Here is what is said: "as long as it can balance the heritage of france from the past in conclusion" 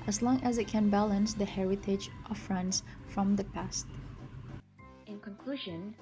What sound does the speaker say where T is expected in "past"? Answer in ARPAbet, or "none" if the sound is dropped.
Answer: T